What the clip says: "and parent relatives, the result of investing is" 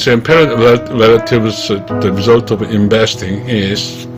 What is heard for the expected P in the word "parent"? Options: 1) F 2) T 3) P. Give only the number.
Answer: 3